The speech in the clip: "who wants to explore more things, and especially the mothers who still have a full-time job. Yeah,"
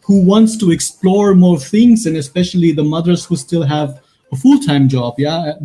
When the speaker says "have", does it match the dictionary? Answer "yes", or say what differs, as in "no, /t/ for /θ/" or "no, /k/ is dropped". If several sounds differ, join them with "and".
yes